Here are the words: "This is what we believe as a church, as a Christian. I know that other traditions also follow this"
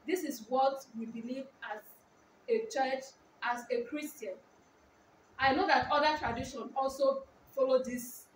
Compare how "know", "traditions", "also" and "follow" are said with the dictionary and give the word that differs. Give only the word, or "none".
traditions